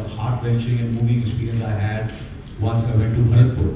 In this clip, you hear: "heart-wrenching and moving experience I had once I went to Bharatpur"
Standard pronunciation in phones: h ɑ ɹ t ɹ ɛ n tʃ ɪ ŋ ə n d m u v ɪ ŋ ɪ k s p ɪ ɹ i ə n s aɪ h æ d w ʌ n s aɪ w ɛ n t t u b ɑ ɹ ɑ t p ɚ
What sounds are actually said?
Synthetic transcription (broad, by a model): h ɑ ɹ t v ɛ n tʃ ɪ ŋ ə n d m u v ɪ ŋ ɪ s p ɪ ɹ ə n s aɪ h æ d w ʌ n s aɪ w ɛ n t t u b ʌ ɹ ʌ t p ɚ